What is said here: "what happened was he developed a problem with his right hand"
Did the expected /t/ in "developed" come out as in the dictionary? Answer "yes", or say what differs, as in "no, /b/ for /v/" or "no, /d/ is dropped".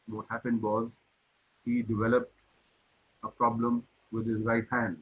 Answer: yes